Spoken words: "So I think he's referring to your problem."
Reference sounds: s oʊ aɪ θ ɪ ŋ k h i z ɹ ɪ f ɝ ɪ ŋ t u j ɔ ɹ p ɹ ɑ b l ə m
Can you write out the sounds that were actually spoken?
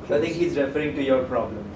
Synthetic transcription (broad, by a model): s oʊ aɪ t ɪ ŋ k h i z ɹ ɪ f ɝ ɪ ŋ t u j ɔ ɹ p ɹ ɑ b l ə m